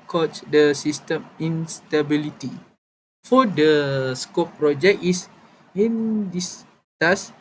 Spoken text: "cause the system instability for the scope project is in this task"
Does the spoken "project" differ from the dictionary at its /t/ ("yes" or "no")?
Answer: yes